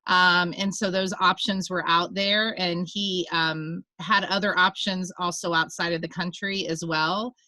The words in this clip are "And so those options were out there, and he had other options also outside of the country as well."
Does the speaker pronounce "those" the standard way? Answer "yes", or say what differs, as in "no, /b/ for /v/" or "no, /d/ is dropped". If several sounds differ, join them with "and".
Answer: yes